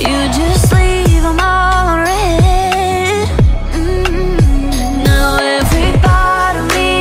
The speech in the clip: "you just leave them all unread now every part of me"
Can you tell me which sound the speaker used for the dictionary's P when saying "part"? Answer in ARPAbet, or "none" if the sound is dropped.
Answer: B